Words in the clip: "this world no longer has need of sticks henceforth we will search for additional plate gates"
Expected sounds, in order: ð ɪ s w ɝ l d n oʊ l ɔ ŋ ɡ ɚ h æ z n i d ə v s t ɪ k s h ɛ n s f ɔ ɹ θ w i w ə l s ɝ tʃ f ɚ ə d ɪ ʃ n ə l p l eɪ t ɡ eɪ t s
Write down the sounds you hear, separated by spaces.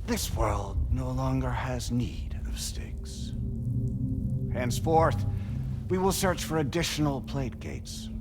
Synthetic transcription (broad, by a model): ð ɪ s w ɝ l d n oʊ l ɔ ŋ ɡ ɚ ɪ z n i d ə v s t ɪ k s h ɛ n s f ɔ ɹ θ w i w ə l s ɝ tʃ f ɚ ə d ɪ ʃ n l p l eɪ t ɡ eɪ t s